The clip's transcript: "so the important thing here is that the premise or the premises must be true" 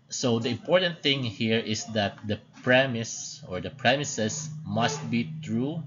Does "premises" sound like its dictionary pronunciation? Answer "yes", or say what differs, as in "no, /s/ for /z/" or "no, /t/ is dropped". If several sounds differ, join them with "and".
no, /s/ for /z/